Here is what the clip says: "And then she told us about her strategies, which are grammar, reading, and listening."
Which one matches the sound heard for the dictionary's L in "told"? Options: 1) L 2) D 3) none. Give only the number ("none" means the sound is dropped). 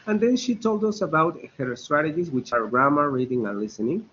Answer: 1